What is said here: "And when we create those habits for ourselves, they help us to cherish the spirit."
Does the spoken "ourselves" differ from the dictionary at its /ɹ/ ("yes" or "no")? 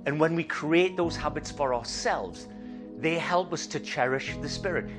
no